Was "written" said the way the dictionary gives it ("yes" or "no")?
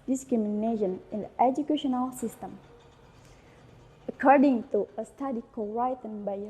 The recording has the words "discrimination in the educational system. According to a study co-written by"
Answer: no